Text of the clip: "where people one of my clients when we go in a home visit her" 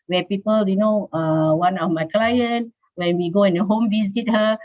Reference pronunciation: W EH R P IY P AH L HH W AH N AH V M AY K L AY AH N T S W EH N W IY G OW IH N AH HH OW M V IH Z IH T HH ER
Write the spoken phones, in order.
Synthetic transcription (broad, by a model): W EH P IY P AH L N W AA N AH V M AY K L AY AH N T W EH N W IY G OW IH N AH HH OW M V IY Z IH T HH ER